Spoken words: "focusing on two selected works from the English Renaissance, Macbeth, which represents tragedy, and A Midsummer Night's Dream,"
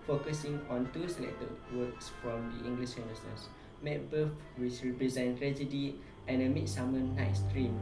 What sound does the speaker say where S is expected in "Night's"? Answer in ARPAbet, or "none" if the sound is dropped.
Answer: S